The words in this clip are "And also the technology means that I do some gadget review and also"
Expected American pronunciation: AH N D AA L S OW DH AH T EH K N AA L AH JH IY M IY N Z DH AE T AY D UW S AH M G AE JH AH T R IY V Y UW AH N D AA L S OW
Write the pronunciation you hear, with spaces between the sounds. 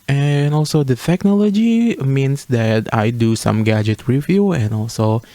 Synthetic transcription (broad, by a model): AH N AA L S OW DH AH T EH K N AA L AH JH IY M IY N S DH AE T AY D UW S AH M G AE JH AH T W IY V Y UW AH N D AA L S OW